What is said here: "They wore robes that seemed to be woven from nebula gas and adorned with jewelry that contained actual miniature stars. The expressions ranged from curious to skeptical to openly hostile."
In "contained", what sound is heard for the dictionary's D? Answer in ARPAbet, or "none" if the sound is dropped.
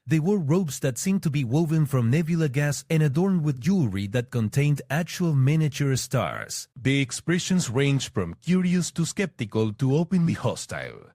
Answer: D